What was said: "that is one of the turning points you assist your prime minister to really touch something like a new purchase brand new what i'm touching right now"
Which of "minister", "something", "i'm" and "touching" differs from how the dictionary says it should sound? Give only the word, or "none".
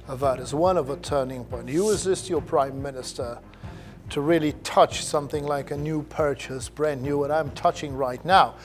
none